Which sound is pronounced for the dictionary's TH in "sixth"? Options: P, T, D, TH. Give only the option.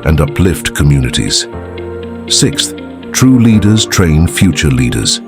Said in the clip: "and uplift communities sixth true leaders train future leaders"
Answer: TH